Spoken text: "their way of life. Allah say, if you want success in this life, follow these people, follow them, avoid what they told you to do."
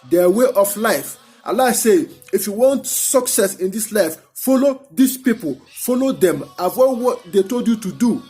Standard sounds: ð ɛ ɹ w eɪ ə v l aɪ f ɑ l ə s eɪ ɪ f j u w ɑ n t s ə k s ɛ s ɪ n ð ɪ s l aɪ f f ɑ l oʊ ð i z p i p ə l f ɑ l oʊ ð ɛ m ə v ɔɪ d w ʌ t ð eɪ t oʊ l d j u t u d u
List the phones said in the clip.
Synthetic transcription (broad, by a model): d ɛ w eɪ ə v l aɪ f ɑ l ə s eɪ ɪ f j u w ɑ n t s ə k s ɛ s ɪ n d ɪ s l aɪ f f ɑ l oʊ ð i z p i p ə l f ɑ l oʊ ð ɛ m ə w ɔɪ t w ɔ t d eɪ t oʊ l d j u t u d u